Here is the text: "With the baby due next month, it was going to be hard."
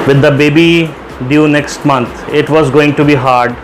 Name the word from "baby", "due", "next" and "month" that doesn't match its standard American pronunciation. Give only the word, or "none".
month